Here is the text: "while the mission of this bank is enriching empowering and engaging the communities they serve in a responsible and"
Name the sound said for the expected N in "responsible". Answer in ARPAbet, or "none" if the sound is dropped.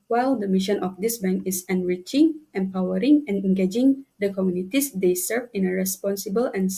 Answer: N